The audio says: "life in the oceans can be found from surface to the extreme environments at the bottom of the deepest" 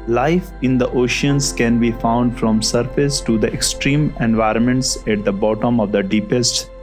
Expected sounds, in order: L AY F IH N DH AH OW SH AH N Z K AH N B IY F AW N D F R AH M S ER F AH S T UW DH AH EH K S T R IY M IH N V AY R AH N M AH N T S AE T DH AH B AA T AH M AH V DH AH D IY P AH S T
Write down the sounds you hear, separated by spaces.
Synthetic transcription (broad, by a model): L AY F IH N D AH OW SH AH N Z K AH N B IY F AW N D F R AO M S ER F AH S T UW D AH EH K S T R IY M IH N V AY R AH N M AH N T S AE T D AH B AA T AH M AH V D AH D IY P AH S T